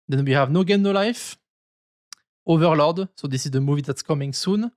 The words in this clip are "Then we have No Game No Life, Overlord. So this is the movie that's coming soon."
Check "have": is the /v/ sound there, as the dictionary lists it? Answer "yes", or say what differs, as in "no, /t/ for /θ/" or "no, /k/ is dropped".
yes